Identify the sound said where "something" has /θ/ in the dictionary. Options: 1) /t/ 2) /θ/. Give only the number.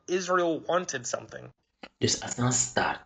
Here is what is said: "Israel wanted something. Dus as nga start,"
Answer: 2